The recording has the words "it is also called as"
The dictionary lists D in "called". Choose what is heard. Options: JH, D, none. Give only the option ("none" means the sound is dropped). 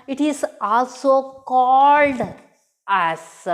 D